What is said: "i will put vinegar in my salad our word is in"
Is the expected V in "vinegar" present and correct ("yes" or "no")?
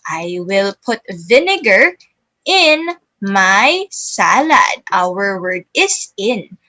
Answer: yes